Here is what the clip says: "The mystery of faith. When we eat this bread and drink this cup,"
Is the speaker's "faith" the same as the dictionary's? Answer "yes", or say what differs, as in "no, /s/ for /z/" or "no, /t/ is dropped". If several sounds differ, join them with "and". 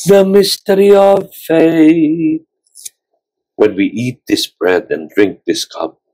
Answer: yes